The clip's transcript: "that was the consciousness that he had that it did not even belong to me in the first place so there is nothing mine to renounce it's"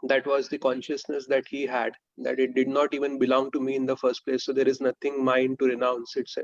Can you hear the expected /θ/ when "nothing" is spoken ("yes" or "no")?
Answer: no